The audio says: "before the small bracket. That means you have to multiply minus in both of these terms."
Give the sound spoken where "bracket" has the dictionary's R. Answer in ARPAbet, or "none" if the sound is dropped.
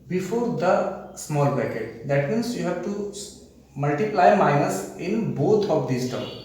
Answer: none